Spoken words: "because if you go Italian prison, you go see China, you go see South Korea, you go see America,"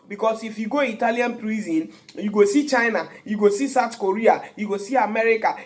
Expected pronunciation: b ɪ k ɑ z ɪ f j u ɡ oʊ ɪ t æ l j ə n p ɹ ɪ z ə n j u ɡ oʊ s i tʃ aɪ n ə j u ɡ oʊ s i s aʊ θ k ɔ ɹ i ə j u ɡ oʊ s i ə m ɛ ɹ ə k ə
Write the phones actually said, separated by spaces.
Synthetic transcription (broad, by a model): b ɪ k ɑ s ɪ f j u ɡ oʊ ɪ t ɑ l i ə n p ɹ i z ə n j u ɡ oʊ s i tʃ aɪ n ə j u ɡ oʊ s i s aʊ t k ɔ ɹ i ə j u ɡ oʊ s i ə m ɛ ɹ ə k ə